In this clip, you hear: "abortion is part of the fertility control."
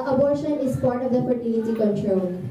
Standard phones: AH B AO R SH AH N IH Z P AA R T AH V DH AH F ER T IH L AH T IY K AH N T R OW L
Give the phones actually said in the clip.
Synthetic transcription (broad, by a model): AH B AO R SH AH N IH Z P AA R T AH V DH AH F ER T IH N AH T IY K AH N T R OW L